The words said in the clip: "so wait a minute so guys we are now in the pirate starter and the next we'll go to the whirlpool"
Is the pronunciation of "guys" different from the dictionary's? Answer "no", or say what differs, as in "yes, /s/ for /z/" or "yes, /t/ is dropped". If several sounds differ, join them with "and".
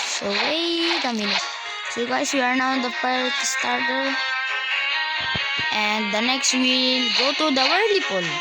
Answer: yes, /s/ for /z/